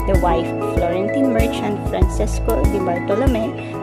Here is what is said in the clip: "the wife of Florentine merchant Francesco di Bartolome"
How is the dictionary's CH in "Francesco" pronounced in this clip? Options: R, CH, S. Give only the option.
S